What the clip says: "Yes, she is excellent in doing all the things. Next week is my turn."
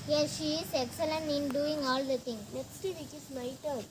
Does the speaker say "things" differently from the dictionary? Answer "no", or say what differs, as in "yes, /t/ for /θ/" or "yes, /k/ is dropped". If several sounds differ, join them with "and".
yes, /t/ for /θ/ and /z/ is dropped